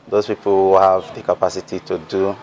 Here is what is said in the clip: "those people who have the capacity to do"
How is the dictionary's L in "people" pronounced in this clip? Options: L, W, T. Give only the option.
W